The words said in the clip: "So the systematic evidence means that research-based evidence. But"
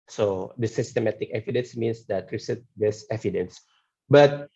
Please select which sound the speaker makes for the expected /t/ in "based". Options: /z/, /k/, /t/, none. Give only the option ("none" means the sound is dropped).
none